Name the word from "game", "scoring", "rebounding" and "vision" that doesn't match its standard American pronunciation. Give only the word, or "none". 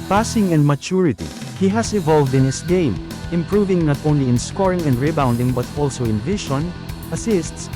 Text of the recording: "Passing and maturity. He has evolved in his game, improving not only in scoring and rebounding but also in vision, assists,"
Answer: vision